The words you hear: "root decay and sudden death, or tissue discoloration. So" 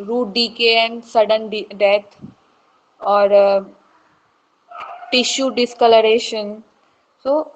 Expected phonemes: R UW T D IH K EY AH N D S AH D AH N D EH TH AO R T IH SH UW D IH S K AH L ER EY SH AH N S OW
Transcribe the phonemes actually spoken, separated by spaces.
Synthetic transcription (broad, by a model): R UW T D IH K EY AH N D S AH D AH N D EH T AO R T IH SH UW D IH S K AH L ER EY SH AH N S OW